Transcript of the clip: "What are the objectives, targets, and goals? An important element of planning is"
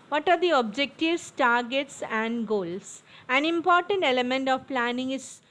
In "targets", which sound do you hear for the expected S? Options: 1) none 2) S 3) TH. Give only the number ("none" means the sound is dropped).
2